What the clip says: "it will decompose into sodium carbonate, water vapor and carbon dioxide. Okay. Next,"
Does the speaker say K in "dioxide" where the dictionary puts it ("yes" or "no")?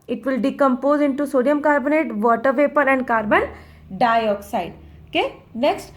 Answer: yes